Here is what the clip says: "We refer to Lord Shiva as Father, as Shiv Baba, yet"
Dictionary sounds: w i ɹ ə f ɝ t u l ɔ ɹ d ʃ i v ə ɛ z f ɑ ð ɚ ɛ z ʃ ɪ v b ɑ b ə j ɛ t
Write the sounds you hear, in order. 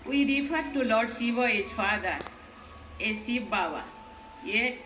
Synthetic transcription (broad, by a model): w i ɹ ə f ɝ t u l ɔ ɹ d s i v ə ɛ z f ɑ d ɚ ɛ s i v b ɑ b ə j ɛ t